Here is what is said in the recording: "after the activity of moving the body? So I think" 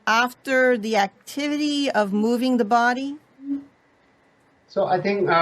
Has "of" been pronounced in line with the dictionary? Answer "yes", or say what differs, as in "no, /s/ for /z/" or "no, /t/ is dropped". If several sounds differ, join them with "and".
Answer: yes